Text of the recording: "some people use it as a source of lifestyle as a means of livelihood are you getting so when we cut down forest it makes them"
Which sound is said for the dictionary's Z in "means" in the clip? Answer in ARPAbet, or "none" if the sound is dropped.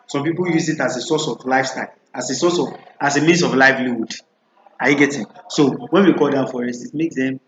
S